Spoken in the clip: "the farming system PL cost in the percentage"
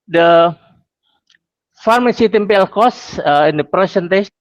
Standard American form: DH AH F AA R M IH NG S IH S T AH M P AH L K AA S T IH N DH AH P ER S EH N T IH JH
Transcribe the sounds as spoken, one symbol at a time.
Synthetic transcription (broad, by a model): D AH F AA R M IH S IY T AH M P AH L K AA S IH N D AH P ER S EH N T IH